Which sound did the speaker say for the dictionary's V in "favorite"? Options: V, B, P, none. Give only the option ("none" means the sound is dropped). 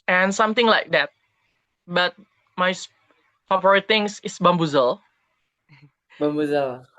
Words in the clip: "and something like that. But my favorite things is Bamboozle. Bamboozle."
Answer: P